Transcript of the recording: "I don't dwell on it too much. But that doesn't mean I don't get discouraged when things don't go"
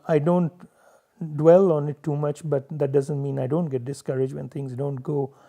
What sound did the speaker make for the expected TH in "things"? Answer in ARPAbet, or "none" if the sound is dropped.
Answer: T